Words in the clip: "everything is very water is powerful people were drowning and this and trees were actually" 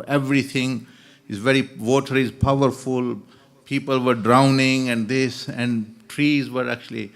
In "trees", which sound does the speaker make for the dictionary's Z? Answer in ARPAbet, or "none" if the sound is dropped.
Z